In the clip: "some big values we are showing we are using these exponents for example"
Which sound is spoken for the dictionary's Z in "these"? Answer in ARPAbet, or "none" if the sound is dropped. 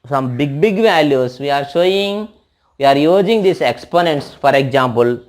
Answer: S